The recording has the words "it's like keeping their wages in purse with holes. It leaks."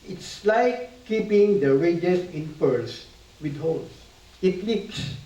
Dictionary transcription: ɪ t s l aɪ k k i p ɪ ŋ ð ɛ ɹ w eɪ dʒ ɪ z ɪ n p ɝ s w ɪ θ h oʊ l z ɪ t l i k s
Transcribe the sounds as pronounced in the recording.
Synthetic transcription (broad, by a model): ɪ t s l aɪ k k i p ɪ ŋ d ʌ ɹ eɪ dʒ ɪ s ɪ n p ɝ s w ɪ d h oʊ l s ɪ t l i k s